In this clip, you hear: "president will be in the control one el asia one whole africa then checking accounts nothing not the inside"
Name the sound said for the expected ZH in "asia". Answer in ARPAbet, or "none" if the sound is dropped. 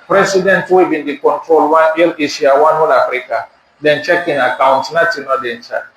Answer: S